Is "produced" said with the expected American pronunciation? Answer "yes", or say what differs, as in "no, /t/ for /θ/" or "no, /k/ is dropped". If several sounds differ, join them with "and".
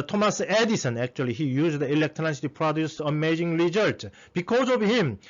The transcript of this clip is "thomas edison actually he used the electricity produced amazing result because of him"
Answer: no, /t/ is dropped